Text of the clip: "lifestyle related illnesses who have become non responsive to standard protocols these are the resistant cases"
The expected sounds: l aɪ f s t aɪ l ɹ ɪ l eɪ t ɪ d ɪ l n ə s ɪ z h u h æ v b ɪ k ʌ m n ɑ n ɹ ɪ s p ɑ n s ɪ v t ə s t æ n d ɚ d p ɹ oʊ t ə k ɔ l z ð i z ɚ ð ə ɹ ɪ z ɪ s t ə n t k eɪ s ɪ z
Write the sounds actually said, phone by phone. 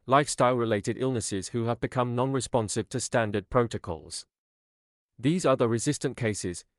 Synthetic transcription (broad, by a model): l aɪ f s t aɪ l ɹ ɪ l eɪ t ɪ d ɪ l n ə s ɪ z h u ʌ v b ɪ k ʌ m n ɑ n ɹ ɪ s p ɑ n s ɪ v t ə s t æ n d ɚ d p ɹ oʊ t ə k ɔ l z ð i z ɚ ð ə ɹ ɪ z ɪ s t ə n k eɪ s ɪ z